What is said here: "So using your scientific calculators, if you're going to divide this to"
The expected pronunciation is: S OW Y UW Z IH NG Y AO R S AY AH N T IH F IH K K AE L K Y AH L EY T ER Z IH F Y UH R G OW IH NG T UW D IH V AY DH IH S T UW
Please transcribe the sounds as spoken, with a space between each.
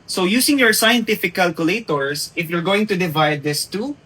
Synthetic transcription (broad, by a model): S OW Y UW S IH NG Y AO R S AY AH N T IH F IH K K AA L K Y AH L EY T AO S IH F Y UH R G OW IH NG T UW D IH V AY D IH S T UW